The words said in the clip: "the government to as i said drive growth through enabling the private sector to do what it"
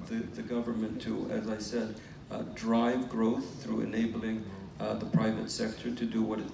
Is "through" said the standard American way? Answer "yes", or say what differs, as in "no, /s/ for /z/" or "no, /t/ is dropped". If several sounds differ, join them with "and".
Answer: yes